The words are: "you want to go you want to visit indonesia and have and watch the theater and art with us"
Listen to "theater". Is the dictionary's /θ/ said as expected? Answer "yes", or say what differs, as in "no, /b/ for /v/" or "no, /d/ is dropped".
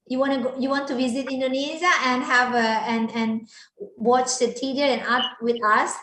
no, /t/ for /θ/